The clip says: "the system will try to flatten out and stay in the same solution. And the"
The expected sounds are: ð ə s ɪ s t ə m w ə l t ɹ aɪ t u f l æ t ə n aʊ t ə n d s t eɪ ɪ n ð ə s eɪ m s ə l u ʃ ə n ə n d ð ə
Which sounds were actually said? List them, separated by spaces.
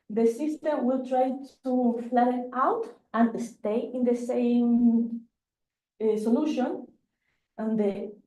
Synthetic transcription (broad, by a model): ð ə s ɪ s t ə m w ə l t ɹ aɪ t u f l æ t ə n aʊ t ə n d s t eɪ ɪ n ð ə s eɪ m s ə l u ʃ ə n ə n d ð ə